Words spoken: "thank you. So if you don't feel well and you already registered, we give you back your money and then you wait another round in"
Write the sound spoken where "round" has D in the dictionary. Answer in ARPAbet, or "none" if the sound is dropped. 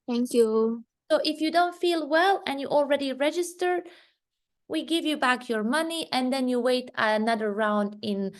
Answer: D